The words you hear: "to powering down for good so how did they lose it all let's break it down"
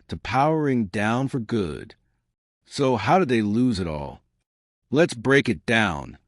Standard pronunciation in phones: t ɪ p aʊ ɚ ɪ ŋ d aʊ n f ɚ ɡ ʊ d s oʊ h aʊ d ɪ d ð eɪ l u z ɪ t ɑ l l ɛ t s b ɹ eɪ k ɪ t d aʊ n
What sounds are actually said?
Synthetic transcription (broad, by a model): t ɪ p aʊ ɚ ɪ ŋ d aʊ n f ɚ ɡ ʊ d s oʊ h aʊ d ɪ d ð eɪ l u z ɪ t ɑ l l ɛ t s b ɹ eɪ k ɪ t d aʊ n